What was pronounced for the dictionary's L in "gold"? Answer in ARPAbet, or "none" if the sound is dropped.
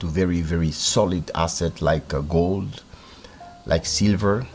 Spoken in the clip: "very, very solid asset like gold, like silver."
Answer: L